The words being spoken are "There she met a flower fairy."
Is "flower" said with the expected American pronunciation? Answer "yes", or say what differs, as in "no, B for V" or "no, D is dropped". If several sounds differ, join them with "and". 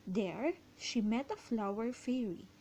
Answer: yes